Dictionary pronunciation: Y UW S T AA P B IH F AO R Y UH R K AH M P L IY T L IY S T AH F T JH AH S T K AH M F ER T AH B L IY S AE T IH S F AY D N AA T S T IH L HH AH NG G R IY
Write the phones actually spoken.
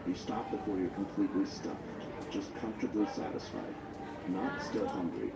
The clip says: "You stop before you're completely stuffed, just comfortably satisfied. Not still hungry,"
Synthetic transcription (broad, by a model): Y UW S T AA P B IH F AO R Y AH R K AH M P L IY T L IY S T AH F T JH AH S K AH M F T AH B L IY S AE T IH S F AY D N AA T S T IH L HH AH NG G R IY